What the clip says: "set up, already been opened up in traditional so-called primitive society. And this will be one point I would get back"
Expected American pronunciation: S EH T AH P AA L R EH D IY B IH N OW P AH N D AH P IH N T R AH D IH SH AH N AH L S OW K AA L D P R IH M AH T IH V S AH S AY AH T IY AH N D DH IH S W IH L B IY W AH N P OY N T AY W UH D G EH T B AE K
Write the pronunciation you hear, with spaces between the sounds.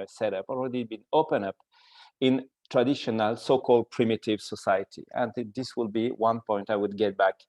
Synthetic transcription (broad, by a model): S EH T AH P AA L R EH D IY B IH N OW P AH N AH P IH N T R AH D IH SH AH N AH L S OW K AA L D P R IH M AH T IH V S AH S AY AH T IY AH N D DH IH S W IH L B IY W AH N P OY N T AY W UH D G EH T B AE K